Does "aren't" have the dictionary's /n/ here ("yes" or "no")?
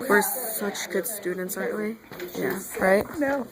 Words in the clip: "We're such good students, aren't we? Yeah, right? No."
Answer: no